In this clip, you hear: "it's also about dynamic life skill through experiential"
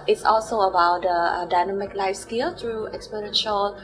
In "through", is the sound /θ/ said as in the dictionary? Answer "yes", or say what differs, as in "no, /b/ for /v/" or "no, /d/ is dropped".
no, /t/ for /θ/